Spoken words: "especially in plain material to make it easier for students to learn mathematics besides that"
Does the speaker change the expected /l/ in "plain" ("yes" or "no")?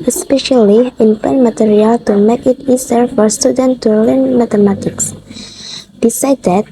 yes